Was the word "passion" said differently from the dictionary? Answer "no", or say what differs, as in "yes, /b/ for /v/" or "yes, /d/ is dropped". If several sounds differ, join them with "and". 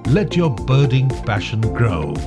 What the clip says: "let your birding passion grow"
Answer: yes, /f/ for /p/